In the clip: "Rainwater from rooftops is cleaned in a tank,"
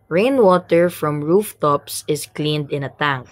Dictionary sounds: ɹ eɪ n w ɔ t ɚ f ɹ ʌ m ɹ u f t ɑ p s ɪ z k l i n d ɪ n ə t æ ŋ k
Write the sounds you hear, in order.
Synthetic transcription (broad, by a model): ɹ eɪ n w ɔ t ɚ f ɹ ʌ m ɹ u f t ɑ p s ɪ s k l i n d ɪ n ə t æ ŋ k